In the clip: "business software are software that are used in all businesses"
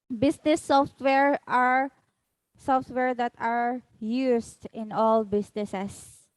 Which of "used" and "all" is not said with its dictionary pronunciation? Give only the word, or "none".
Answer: used